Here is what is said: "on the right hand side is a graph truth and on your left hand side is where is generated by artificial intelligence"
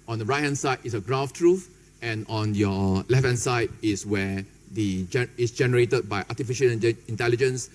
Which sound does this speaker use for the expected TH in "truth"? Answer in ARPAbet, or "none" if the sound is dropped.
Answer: F